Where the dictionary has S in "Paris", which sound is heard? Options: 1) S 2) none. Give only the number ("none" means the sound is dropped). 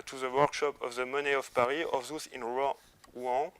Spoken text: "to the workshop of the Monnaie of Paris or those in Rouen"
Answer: 2